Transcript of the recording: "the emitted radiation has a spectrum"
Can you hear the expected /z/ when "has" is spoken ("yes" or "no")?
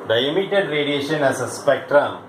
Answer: no